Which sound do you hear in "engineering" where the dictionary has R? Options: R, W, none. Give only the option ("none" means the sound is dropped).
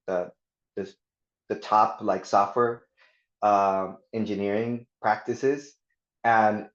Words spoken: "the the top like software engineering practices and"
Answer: R